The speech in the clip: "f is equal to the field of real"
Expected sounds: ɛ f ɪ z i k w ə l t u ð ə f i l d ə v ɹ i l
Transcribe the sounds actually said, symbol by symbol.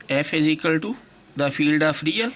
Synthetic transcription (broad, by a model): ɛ f ɪ z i k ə l t u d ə f i l d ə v ɹ i l